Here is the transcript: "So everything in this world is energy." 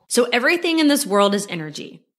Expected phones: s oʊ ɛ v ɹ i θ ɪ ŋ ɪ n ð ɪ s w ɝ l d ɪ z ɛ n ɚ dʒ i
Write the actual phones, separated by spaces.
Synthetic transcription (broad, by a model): s oʊ ɛ v ɹ i θ ɪ ŋ ɪ n ð ɪ s w ɝ l d ɪ z ɛ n ɚ dʒ i